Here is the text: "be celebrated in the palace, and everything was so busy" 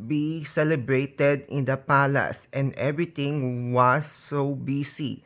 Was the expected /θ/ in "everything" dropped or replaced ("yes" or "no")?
yes